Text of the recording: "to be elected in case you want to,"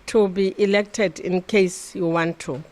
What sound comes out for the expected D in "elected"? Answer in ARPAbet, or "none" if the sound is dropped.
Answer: D